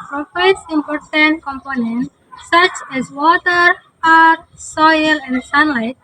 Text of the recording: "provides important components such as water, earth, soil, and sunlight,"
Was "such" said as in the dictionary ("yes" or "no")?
yes